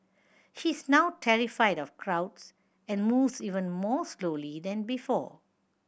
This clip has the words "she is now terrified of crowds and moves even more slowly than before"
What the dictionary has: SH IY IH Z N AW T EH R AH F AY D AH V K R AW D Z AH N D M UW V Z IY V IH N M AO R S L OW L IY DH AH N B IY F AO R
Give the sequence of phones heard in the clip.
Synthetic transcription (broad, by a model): SH IY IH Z N AW T EH R AH F AY D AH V K R AW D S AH N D M UW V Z IY V IH N M AO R S L OW L IY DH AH N B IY F AO